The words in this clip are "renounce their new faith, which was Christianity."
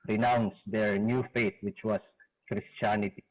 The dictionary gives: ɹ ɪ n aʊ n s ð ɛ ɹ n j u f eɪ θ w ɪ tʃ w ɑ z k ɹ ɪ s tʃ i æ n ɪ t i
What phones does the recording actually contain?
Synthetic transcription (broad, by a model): ɹ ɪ n aʊ n s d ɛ ɹ n j u f eɪ t w ɪ tʃ w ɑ s k ɹ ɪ s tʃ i n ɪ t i